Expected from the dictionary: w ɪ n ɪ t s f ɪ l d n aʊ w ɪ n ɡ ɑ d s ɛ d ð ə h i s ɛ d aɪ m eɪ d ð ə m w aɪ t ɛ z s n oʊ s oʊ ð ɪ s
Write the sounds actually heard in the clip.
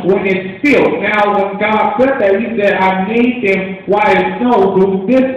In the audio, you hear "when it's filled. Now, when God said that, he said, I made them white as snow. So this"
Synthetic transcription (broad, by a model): w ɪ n ɪ t s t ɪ l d n aʊ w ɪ n ɡ ɑ d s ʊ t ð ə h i s ɛ d aɪ m eɪ d ð ə m w aɪ ɪ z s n oʊ θ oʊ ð ɪ s